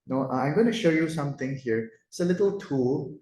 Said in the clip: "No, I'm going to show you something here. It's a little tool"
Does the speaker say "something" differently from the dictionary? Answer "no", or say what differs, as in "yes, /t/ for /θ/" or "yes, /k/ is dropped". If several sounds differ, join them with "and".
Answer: yes, /t/ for /θ/